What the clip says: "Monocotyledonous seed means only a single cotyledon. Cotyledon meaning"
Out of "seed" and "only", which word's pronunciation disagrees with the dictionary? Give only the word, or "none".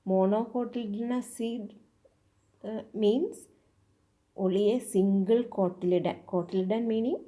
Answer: only